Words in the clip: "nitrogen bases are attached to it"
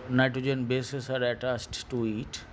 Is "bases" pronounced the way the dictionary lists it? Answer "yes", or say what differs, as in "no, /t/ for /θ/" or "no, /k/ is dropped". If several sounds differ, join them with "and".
no, /s/ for /z/